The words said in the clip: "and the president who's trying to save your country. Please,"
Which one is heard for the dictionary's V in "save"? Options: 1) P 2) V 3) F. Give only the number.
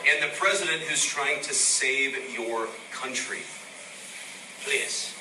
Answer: 2